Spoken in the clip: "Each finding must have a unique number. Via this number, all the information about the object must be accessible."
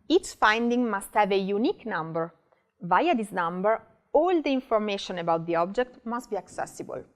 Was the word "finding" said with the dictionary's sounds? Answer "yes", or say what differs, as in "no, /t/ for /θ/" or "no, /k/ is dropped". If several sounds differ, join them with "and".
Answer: yes